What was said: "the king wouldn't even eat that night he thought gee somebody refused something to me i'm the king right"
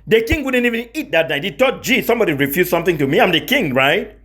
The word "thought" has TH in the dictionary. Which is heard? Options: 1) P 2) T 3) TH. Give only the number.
2